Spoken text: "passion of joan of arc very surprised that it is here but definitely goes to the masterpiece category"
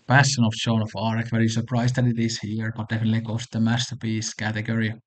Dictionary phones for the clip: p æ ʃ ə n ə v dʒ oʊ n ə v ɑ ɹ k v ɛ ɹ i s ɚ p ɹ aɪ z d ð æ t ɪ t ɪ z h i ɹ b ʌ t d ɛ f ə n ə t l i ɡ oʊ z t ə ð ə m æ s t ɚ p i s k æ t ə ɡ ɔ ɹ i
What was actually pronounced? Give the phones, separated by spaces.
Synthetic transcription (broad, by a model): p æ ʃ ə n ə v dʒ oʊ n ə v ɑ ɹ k v ɛ ɹ i s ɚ p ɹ aɪ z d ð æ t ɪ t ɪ s h i ɹ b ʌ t d ɛ f ə n ə t l i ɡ oʊ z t ð ə m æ s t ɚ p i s k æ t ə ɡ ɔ ɹ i